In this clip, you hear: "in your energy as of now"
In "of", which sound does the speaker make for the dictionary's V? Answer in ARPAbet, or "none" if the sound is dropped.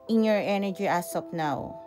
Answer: P